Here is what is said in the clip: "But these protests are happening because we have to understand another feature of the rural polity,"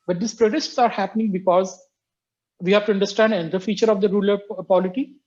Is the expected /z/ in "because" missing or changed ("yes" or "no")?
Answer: no